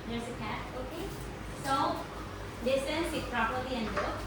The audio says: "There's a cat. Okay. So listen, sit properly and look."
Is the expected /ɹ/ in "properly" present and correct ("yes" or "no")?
yes